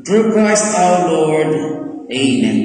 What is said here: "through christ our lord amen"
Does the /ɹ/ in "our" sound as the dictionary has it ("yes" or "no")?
no